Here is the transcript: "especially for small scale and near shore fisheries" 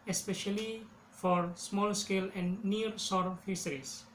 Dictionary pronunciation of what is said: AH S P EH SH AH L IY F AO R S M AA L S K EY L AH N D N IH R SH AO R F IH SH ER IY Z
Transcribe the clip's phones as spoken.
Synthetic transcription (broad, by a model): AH S P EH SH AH L IY F AO R S M AA L S K EY L AH N D N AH R S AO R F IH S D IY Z